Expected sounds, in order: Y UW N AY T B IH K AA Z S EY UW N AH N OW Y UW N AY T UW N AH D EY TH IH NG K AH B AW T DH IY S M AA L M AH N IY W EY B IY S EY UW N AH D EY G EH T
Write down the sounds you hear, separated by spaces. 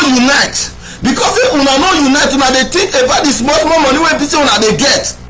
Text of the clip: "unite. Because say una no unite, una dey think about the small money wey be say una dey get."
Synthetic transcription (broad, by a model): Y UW N AY T B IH K AA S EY UW N AH N OW Y UW N AY T UW N AH D EY T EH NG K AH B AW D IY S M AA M M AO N IY W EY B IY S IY UW N AH D EY G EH T